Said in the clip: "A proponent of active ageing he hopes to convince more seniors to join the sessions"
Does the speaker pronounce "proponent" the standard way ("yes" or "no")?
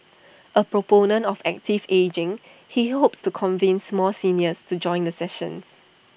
yes